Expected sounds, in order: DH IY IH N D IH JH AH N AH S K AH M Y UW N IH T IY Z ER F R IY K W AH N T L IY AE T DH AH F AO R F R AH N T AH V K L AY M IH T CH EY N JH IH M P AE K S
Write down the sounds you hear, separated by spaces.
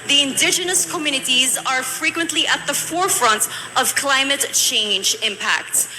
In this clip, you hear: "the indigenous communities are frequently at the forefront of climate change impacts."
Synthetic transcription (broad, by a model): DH IY IH N D IH JH AH N AH S K AH M Y UW N IH T IY Z ER F R IY K W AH N T L IY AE T DH AH F AO R F R AH N T AH V K L AY M IH T CH EY N JH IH M P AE K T